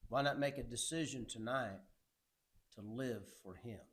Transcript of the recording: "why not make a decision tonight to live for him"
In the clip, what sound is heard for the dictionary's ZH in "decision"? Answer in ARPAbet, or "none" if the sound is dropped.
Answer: ZH